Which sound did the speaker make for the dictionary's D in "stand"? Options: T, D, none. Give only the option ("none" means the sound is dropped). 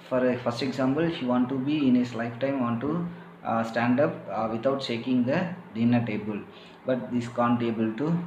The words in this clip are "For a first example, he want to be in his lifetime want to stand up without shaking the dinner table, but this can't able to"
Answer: D